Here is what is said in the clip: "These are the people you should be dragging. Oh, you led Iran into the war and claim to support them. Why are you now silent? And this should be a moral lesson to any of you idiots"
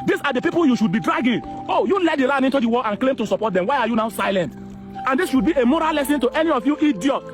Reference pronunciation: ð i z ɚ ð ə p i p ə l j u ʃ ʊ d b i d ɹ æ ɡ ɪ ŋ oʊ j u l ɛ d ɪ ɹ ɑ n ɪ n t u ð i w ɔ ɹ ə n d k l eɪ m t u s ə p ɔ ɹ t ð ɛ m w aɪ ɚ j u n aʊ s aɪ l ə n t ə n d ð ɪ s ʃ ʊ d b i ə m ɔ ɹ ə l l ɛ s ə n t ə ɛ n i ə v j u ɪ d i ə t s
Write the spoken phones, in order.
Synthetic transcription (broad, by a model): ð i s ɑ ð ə p i p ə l j u ʃ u d b i d ɹ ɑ ɡ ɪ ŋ oʊ j u l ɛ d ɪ ɹ ɑ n ɪ n t u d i w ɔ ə n k l eɪ m t u s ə p ɔ t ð ɛ m w aɪ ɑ j u n aʊ s aɪ l ə n t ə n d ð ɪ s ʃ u d b i ə m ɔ ɹ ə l l ɛ s ə n t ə ɛ n i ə f j u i d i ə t